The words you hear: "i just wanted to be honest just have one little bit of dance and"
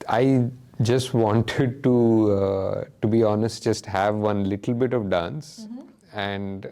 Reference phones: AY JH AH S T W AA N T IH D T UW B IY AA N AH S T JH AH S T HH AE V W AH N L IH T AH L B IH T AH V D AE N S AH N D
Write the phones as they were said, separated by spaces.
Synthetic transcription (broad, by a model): AY JH AH S T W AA N T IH D T UW B IY AA N AH S T JH AH S T HH AE V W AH N L IH T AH L B IH T AH V D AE N S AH N D